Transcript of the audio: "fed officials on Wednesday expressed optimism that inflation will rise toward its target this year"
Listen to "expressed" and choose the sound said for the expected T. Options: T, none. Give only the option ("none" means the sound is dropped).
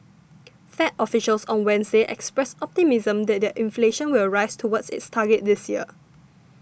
none